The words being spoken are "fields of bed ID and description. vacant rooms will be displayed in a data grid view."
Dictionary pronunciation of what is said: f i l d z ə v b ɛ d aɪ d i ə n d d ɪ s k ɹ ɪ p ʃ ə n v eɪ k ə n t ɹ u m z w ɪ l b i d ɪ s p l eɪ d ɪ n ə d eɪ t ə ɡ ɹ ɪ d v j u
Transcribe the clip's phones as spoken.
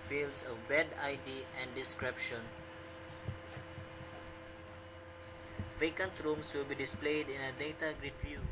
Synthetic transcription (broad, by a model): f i l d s ə v b ɛ d aɪ d i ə n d d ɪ s k ɹ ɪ p ʃ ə n v eɪ k ə n t ɹ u m s w ɪ l b i d ɪ s p l eɪ d ɪ n ə d eɪ t ə ɡ ɹ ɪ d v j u